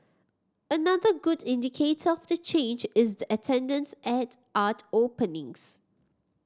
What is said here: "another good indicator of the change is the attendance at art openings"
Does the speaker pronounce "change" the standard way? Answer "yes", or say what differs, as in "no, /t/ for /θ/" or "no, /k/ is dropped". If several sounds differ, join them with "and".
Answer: yes